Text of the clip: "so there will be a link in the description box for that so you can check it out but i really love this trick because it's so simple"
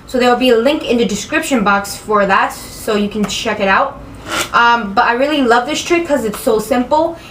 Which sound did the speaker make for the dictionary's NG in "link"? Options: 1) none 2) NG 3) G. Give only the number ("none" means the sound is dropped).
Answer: 2